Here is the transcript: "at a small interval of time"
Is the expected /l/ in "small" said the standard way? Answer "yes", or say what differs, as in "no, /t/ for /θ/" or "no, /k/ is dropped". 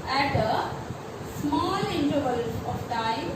yes